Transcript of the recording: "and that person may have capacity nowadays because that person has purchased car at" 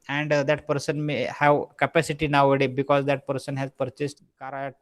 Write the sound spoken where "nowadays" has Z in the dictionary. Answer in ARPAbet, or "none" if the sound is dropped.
none